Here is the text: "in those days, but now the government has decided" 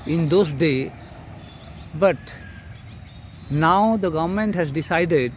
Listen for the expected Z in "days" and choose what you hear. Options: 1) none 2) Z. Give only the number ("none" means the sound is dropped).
1